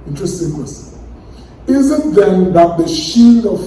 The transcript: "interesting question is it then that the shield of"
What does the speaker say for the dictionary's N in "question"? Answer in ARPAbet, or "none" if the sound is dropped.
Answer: none